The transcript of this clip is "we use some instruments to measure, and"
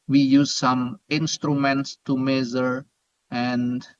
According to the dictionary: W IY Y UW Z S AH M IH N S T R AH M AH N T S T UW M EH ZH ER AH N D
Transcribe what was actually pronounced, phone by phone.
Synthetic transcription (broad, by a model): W IY Y UW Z S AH M IH N S T R AH M AH N T S T UW M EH Z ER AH N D